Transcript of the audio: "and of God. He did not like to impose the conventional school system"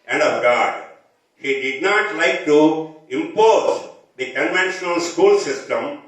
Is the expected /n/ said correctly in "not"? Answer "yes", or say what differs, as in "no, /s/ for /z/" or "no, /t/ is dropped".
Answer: yes